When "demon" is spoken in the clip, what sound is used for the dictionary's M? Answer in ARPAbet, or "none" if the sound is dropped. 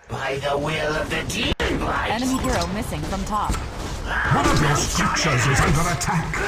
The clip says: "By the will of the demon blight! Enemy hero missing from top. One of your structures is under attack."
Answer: none